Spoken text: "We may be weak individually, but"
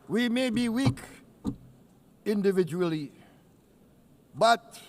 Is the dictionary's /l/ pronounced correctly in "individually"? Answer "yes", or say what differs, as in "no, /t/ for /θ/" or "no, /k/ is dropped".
yes